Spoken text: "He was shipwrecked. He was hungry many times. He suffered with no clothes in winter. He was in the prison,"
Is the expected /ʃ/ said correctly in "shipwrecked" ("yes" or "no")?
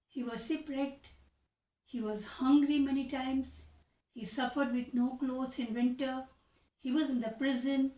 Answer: no